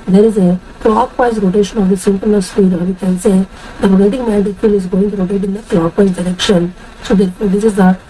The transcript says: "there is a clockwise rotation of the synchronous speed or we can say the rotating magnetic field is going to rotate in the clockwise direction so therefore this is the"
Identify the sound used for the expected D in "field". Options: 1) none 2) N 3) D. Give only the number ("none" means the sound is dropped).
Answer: 1